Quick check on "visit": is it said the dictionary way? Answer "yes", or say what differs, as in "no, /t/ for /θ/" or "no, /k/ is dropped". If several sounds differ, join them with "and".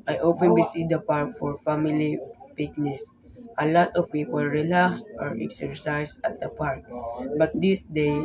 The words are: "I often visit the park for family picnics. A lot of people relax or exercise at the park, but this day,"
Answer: no, /b/ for /v/ and /s/ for /z/